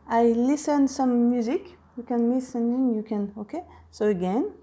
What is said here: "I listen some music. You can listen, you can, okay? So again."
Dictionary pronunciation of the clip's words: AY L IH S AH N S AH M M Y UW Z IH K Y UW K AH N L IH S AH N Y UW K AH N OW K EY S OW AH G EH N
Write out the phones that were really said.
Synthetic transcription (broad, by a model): AY L IH S AH N S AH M M Y UW Z IH K Y UW K AH N L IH S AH N Y UW K AH N OW K EY S OW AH G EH N